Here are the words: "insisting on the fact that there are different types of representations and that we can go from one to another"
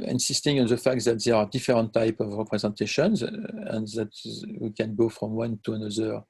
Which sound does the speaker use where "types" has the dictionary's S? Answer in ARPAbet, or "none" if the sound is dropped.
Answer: none